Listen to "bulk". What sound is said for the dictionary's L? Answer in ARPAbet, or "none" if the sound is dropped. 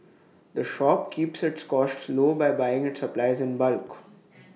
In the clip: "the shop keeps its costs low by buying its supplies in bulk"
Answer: L